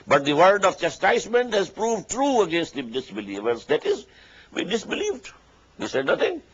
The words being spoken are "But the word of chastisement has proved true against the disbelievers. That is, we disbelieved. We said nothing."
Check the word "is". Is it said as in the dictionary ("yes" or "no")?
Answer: yes